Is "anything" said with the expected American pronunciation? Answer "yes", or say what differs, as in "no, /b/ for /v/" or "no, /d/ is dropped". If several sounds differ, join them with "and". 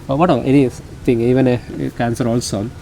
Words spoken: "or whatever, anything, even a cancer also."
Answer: no, /t/ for /θ/